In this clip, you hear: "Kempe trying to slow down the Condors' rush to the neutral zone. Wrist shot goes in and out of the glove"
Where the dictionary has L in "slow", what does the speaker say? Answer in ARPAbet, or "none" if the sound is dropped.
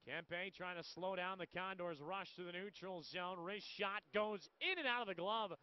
L